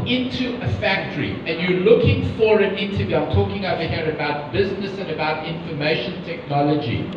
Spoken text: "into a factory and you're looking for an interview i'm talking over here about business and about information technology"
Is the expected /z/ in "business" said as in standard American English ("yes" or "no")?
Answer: yes